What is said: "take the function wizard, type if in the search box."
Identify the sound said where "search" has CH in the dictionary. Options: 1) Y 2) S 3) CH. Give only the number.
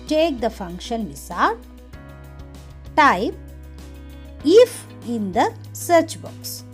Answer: 3